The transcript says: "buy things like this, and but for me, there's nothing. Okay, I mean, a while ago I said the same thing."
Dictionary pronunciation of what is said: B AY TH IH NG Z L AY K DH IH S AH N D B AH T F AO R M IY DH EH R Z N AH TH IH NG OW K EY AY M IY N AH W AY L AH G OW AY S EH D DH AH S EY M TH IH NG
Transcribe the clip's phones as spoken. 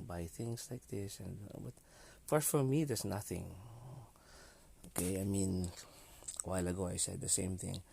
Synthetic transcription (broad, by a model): B AY TH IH NG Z L AY K DH IH S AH N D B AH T F AO R M IY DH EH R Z N AH TH IH NG OW K EY AY M IY N W AY L AH G OW AY S EH D DH AH S EY M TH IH NG